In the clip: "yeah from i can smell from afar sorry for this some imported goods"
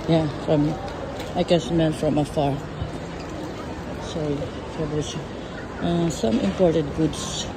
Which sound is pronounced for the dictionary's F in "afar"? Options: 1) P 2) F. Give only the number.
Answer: 2